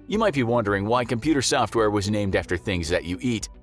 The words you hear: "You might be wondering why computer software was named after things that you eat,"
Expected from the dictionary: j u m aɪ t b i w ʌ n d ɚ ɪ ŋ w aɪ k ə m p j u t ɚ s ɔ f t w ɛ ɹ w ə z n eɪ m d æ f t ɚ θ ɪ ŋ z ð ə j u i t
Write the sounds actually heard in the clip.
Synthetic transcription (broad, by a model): j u m aɪ t b i w ʌ n d ɚ ɪ ŋ w aɪ k ə m p j u t ɚ s ɔ f t w ɛ ɹ w ə z n eɪ m d æ f t ɚ θ ɪ ŋ z ð ə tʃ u i t